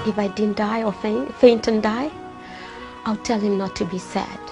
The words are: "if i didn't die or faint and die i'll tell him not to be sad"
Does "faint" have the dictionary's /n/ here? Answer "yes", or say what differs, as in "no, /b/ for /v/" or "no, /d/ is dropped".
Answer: yes